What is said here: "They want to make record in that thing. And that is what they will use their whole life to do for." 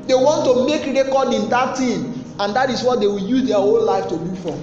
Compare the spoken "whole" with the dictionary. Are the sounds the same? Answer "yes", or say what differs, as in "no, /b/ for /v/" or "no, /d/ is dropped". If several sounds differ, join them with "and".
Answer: no, /n/ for /l/